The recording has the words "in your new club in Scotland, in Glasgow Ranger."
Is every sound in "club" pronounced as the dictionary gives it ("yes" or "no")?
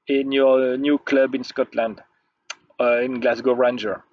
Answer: yes